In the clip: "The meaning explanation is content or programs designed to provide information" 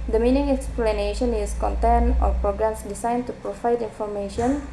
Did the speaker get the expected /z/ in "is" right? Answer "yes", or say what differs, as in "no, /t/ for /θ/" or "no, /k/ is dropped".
no, /s/ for /z/